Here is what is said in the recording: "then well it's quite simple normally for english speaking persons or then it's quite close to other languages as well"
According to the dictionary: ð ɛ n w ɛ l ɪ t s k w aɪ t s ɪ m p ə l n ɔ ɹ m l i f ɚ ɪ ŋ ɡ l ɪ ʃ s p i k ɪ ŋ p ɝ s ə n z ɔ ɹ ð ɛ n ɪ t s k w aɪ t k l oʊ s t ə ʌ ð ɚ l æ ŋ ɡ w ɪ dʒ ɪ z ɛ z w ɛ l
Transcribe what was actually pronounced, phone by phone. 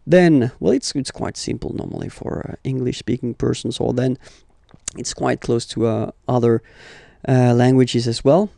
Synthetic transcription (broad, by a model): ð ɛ n w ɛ l ɪ t s k w aɪ t s ɪ m p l n ɔ ɹ m l i f ɚ ɪ ŋ ɡ l ɪ ʃ s p i k ɪ ŋ p ɝ s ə n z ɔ l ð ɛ n ɪ t s k w aɪ t k l oʊ s t ə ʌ ð ɚ l æ ŋ ɡ w ɪ dʒ ɪ z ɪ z w ɛ l